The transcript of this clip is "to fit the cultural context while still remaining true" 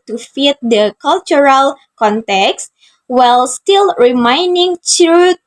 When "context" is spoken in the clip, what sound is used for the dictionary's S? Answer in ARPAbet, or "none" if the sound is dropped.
S